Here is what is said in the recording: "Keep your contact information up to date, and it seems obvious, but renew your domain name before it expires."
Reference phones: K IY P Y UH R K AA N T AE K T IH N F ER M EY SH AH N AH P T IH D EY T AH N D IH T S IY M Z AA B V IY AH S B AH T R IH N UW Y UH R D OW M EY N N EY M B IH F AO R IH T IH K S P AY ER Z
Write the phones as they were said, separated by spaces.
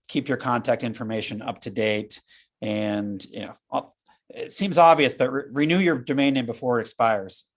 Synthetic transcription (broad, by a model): K IY P Y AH R K AA N T AE K T IH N F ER M EY SH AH N AH P T IH D EY T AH N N IH T S IY M Z AA B V IY AH S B AH T R IH N UW Y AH R D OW M EY N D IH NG B IH F AO R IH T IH K S P AY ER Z